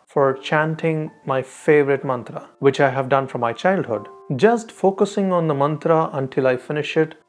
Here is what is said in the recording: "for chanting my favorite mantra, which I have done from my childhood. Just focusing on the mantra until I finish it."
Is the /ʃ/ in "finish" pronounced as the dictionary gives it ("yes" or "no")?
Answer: yes